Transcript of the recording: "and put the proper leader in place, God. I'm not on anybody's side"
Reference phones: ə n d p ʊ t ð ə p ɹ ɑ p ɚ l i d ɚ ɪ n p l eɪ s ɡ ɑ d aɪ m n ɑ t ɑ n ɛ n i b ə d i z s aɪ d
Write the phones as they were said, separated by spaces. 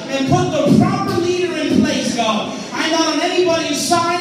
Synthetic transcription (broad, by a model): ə n p ʊ t ð ə p ɹ ɑ p ɚ l i d ɚ ɪ n p l eɪ s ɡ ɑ aɪ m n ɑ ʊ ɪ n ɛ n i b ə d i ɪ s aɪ